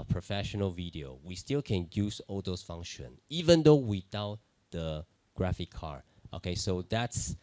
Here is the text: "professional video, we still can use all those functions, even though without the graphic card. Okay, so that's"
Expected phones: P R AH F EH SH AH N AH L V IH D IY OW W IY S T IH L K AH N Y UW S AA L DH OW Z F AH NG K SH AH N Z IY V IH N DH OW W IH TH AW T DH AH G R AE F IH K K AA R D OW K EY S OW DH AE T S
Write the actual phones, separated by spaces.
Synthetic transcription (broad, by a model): P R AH F EH SH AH N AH L V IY D IY OW W IY S T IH L K AH N Y UW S AA L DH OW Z F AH NG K SH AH N IY V IH N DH OW W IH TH AW T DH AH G R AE F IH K K AA R OW K EY S OW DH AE T S